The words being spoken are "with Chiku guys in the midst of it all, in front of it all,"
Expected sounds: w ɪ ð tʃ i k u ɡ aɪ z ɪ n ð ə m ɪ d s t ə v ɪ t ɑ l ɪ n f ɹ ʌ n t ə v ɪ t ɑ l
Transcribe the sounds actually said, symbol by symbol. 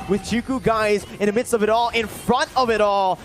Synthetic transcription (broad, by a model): w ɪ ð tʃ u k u ɡ aɪ z ɪ n ð ə m ɪ d s t ə v ɪ t ɑ l ɪ n f ɹ ʌ n t ə v ɪ t ɑ l